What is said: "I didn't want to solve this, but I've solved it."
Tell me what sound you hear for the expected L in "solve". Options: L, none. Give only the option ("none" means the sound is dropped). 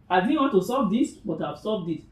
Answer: none